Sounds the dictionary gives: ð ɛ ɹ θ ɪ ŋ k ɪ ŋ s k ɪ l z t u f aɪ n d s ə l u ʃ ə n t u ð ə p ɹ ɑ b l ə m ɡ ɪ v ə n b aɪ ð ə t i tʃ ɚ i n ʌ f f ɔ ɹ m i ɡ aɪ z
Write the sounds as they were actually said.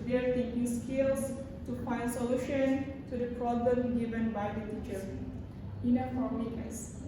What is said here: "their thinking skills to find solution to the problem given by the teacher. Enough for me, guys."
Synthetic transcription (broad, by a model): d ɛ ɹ t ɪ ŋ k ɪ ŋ s k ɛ l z t u f aɪ n d s ə l u ʃ ə n t u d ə p ɹ ɑ b l ə m ɡ ɪ v ə n b aɪ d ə t i tʃ ɚ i n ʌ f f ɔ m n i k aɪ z